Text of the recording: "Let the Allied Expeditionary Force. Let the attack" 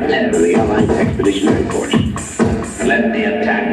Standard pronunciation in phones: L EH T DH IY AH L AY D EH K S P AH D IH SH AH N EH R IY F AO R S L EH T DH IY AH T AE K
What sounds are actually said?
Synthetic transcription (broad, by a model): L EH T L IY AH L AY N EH K S P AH D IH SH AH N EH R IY P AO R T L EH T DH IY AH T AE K